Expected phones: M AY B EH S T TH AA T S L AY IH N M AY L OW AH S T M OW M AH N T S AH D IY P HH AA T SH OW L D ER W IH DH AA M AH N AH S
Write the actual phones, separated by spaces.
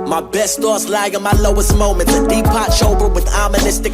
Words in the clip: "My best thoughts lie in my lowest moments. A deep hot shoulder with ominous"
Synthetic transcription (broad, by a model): M AY B EH S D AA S L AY IH N M AY L OW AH S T M OW M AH N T AH D IY P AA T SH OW L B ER W IH DH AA M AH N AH S